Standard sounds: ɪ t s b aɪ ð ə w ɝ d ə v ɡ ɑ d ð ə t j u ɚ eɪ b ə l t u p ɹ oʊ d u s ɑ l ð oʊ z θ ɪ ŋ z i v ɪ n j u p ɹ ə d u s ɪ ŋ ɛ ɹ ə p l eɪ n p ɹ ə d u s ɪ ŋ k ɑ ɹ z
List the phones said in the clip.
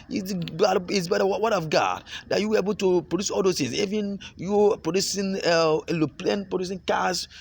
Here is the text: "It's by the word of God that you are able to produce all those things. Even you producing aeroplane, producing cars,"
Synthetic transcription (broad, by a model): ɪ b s b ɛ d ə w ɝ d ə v ɡ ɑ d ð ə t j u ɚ eɪ b ə l t u p ɹ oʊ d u s ɑ l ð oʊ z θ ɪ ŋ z i v ɪ n j u p ɹ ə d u s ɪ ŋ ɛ l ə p l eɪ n p ɹ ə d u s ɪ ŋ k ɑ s